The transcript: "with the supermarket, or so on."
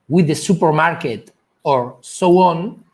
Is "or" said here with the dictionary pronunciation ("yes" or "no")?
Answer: yes